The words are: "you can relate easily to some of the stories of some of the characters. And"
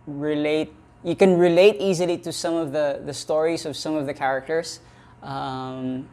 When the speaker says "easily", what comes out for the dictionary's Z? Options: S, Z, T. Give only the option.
Z